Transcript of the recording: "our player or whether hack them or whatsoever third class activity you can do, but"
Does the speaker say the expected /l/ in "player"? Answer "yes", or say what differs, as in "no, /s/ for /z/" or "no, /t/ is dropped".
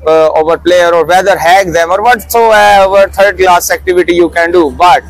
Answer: yes